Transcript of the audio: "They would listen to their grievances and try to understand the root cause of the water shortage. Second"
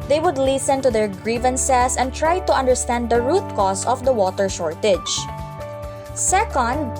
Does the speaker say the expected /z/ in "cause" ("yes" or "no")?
no